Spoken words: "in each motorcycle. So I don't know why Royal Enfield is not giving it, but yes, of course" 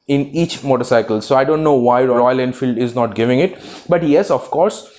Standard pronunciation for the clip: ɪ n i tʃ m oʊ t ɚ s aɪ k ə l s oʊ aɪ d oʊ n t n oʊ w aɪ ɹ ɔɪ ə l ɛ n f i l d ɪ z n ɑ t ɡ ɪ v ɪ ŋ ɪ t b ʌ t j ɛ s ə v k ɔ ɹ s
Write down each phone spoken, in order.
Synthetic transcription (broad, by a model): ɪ n i tʃ m oʊ t ɚ s aɪ k ə l s oʊ aɪ d oʊ n t n oʊ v aɪ ɹ ɔɪ ə l ɛ n f i l d ɪ z n ɑ t ɡ ɪ v ɪ ŋ ɪ t b ʌ t j ɛ s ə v k ɔ ɹ s